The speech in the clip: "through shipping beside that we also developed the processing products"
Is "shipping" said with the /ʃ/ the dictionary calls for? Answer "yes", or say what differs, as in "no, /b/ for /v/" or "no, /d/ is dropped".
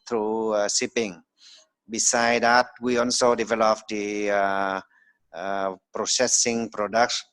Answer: no, /s/ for /ʃ/